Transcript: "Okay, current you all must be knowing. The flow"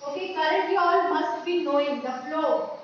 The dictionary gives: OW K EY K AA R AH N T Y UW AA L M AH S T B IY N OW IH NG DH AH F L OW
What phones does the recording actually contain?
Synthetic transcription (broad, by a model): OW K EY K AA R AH T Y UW AA L M AH S T B IY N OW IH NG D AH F L OW